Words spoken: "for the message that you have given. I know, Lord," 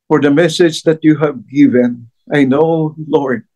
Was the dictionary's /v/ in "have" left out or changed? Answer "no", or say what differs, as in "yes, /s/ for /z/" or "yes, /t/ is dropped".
no